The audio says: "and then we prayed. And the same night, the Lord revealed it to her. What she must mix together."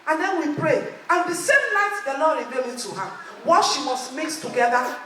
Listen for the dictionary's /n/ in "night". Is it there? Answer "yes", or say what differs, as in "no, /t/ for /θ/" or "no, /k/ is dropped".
no, /l/ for /n/